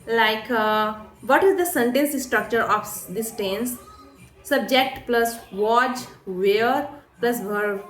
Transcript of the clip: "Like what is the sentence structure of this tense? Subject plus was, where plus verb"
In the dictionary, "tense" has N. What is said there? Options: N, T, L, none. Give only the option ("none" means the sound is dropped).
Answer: N